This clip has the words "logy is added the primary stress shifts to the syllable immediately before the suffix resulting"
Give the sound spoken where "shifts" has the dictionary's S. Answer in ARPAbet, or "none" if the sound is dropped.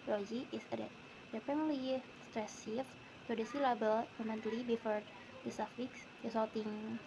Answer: none